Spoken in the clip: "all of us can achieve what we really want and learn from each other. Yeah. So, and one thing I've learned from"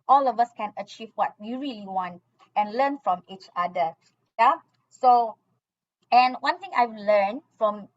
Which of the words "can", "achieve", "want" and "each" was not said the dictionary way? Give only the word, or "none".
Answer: none